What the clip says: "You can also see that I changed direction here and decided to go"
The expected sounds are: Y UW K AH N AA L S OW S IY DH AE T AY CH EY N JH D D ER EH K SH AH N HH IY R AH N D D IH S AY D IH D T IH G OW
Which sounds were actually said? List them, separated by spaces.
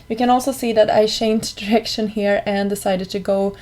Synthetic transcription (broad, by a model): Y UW K AH N AA L S OW S IY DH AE T AY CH EY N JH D D ER EH K SH AH N HH IY R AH N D D IH S AY D IH D T IH G OW